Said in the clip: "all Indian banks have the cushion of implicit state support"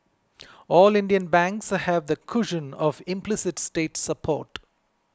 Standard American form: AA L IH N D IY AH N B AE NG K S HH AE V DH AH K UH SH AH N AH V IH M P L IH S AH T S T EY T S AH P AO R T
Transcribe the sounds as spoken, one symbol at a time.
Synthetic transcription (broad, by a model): AA L IH N D IY AH N B AE NG K S HH AE V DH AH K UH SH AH N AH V IH M P L IH S AH T S T EY T S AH P AO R T